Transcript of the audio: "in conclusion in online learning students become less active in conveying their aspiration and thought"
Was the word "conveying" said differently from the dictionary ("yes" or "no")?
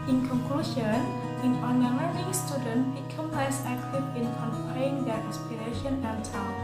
yes